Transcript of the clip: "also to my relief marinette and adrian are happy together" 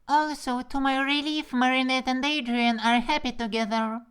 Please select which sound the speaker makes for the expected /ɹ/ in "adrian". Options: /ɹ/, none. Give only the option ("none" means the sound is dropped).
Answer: /ɹ/